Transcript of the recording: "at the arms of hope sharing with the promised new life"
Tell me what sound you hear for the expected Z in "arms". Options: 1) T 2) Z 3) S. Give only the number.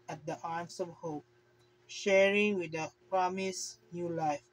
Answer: 3